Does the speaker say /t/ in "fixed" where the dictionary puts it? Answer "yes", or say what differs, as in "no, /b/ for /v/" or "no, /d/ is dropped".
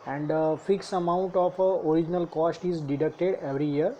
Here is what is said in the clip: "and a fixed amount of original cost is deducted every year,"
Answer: no, /t/ is dropped